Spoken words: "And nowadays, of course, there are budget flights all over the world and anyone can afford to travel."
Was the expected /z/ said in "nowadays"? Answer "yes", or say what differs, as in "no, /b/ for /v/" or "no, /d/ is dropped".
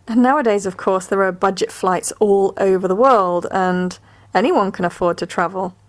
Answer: yes